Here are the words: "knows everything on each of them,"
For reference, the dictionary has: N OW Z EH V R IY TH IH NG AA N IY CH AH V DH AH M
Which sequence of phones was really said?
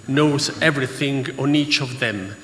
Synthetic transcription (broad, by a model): N OW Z EH V R IY TH IH NG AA N IY CH AH V DH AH M